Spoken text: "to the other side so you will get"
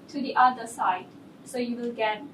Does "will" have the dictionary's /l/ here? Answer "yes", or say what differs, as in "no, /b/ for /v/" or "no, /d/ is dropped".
yes